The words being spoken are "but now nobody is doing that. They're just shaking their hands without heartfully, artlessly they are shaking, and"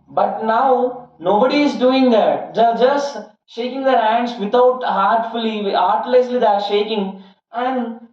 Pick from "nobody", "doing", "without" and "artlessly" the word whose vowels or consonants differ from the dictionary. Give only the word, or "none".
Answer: without